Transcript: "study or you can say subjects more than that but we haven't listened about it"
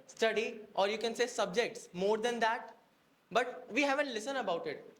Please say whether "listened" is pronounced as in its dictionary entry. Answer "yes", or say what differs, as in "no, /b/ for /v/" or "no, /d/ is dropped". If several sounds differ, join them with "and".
no, /d/ is dropped